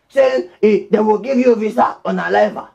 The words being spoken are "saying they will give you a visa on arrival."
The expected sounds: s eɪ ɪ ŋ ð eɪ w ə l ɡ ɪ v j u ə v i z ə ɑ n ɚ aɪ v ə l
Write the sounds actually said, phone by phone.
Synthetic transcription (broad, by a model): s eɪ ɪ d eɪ w ə l ɡ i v j u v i s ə ɑ n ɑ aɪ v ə